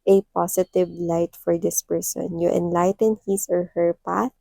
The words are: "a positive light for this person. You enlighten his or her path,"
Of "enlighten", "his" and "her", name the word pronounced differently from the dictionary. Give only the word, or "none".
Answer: his